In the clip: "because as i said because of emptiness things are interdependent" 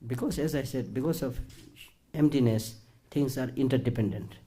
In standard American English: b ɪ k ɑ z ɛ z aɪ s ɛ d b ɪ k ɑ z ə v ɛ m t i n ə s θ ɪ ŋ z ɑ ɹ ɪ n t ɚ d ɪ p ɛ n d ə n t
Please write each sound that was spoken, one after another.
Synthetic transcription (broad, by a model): b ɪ k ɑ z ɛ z aɪ s ɛ d b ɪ k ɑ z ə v ɛ m t i n ə s t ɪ ŋ s ɑ ɹ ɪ n t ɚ d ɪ p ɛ n d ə n t